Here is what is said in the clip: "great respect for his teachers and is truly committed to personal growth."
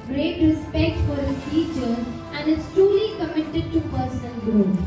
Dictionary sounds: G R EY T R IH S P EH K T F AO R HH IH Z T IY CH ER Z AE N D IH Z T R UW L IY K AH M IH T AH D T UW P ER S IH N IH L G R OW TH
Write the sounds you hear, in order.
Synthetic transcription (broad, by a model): G R EY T R IH S P EH K T F AO R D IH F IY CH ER AE N D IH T T R UW L IY K AH M IH T AH D T UW P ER S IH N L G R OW